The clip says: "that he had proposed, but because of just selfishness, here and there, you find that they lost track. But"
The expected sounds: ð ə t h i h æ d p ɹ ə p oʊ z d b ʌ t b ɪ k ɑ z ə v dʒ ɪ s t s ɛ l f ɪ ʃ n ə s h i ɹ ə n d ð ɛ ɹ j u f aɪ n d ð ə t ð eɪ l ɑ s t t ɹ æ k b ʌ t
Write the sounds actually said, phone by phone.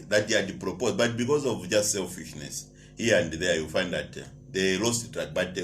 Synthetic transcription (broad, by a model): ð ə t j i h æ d p ɹ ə p oʊ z b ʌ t b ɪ k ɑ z ə v dʒ ɪ s t s ɛ l f ɪ ʃ n ə s h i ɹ ə n d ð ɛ j u f aɪ n d ð ə t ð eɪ l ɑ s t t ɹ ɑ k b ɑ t